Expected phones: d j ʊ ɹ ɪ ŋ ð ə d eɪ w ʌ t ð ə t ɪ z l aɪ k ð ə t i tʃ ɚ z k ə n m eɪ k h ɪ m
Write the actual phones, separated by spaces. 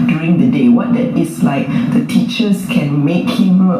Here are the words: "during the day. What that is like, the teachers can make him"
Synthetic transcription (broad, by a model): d j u ɹ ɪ ŋ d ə d eɪ w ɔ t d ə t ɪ s l aɪ k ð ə t i tʃ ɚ s k ə n m eɪ k h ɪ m